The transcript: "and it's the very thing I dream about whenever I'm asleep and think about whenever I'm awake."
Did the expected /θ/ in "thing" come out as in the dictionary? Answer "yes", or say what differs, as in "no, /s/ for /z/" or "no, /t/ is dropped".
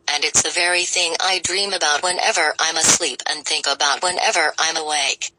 yes